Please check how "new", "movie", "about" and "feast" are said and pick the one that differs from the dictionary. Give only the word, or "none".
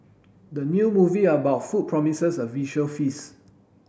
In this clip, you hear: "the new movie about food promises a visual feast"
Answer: feast